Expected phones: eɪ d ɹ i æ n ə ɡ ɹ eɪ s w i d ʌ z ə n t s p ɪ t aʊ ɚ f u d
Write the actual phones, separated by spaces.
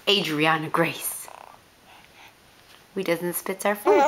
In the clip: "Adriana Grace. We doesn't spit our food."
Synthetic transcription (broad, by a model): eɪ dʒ ɹ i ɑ n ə ɡ ɹ eɪ s w i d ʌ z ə n t s p ɪ t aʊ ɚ f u